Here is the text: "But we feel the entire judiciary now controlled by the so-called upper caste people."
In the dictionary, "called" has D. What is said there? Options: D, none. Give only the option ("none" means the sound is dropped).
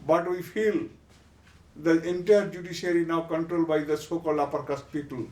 none